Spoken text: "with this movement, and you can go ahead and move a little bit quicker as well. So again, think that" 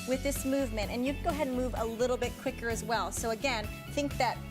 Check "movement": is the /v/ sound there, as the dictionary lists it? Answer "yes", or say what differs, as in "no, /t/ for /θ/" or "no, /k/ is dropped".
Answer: yes